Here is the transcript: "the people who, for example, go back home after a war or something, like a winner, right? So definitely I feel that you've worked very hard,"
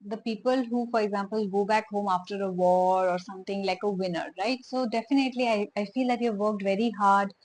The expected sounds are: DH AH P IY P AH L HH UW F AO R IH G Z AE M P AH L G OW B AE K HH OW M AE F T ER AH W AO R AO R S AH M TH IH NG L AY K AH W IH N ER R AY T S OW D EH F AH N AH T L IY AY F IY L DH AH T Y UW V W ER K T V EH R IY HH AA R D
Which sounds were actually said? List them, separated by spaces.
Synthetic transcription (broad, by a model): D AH P IY P AH L HH UW F AO R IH G Z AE M P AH L G OW B AE K HH OW M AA F T ER AH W AO R AO R S AH M T IH NG L AY K AH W IH N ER R AY T S OW D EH F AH N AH T L IY AY F IY L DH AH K Y UW V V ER K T V EH R IY HH AA R D